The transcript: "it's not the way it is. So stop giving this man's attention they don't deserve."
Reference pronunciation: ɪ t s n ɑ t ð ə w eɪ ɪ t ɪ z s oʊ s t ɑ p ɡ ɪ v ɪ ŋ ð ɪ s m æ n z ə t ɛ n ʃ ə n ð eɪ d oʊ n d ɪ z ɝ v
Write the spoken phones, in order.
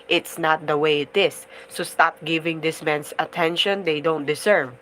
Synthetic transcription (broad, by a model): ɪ t s n ɑ t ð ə w eɪ ɪ t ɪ s oʊ s t ɑ p ɡ ɪ v ɪ ŋ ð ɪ s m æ n s ə t ɛ n ʃ ə n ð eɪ d oʊ n d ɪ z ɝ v